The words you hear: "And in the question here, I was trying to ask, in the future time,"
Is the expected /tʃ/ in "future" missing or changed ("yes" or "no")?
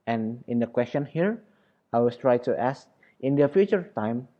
no